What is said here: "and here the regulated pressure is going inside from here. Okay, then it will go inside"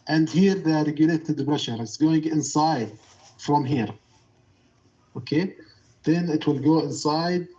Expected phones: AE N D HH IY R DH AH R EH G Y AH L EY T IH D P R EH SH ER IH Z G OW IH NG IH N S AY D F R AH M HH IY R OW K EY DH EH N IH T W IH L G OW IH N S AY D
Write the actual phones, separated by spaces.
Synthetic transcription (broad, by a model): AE N D HH IY R DH AH R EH G Y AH L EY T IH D B R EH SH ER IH S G OW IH NG IH N S AY D F R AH M HH IY R OW K EY DH EH N IH T W IH L G OW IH N S AY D